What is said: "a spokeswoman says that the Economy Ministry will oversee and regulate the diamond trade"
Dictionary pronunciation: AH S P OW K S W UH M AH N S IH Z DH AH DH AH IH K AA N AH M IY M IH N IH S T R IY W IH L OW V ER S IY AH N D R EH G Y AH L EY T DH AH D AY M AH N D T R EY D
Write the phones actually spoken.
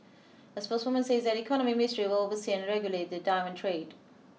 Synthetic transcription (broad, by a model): AH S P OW S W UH M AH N S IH Z DH AH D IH K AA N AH M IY M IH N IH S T R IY W IH L OW V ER S IY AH N R EH G Y AH L EY T DH AH D AY M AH N T R EY D